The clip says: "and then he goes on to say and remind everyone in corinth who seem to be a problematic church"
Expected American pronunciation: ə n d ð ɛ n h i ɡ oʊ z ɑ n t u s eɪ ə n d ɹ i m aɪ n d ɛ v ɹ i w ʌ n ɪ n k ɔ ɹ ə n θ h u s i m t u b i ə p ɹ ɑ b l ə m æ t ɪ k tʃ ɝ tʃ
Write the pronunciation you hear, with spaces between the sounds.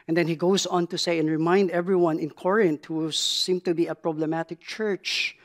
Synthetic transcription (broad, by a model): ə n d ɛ n h i ɡ oʊ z ɑ n t u s eɪ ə n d ɹ i m aɪ n d ɛ v ɹ i w ʌ n ɪ n k ɔ ɹ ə n t h u s i m t u b i ə p ɹ ɑ b l ə m æ t ɪ k tʃ ɝ tʃ